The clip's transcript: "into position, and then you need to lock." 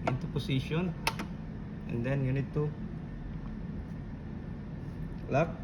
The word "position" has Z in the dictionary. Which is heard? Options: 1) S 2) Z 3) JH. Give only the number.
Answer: 1